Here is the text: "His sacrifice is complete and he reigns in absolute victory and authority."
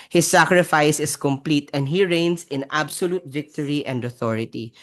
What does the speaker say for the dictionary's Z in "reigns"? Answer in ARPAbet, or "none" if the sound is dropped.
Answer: S